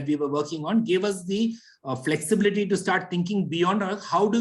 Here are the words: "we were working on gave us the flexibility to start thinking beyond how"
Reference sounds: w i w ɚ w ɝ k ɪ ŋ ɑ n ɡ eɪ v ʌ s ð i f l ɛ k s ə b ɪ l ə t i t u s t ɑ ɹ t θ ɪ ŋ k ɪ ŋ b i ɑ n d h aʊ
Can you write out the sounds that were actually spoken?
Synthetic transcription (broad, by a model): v i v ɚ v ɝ k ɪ ŋ ɑ n ɡ eɪ v ʌ s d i f l ɛ k s ə b ɪ l ə t i t u s t ɑ ɹ t t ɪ ŋ k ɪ ŋ b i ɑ n d h aʊ